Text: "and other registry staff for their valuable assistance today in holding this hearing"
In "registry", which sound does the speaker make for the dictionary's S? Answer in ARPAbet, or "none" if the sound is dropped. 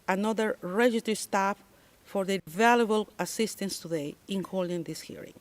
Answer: none